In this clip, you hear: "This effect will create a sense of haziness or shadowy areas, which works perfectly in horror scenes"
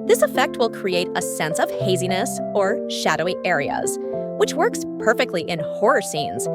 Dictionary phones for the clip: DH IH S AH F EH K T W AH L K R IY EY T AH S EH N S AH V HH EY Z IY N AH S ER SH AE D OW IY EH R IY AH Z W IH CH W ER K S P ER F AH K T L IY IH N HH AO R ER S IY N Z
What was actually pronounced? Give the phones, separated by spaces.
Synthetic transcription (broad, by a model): DH IH S AH F EH K T W AH L K R IY EY T AH S EH N S AH V HH EY Z IY N AH S ER SH AE D OW IY EH R IY AH Z W IH CH W ER K S P ER F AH K T L IY IH N HH AO R ER S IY N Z